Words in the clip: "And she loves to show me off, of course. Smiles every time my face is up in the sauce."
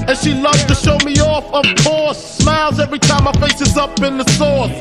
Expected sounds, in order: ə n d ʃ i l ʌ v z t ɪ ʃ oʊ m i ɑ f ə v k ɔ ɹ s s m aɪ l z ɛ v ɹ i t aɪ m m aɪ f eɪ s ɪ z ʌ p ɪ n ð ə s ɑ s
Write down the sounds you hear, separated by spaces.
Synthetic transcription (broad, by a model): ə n ʃ i l ʌ v z t ɪ ʃ oʊ m i ɑ f ə v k ɔ ɹ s s m aɪ l z ɛ v ɹ i t aɪ m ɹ f eɪ s ɪ z ʌ p ɪ n ð ə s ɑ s